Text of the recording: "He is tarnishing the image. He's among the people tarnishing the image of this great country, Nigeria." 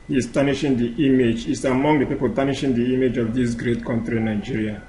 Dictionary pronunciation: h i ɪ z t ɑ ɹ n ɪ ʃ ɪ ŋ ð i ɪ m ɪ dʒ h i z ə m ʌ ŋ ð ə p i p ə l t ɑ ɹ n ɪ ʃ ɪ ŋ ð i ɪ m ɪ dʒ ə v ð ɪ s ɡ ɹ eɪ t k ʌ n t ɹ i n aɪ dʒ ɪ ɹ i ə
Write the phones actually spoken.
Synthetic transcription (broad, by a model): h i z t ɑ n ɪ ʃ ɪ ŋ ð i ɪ m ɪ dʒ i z ə m ʌ ŋ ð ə p i p ə l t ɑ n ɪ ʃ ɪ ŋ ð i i m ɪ dʒ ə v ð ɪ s ɡ ɹ eɪ t k ʌ n t ɹ i n aɪ dʒ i ɹ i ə